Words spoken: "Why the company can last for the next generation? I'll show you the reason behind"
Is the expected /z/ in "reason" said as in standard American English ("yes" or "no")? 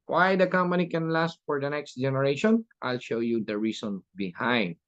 no